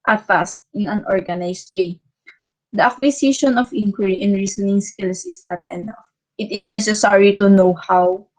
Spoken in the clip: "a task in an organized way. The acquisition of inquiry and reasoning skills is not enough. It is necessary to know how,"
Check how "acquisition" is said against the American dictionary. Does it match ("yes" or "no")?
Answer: no